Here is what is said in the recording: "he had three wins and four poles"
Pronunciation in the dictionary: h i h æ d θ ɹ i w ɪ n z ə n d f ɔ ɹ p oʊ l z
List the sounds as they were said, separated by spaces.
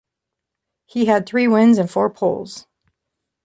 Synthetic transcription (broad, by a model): h i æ d θ ɹ i w ɪ n z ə n f ɔ ɹ p oʊ l z